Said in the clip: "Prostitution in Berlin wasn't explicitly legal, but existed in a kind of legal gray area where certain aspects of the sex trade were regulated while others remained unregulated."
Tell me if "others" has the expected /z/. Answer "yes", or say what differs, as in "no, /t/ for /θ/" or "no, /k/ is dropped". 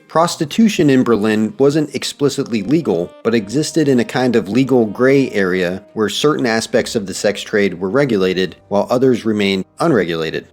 yes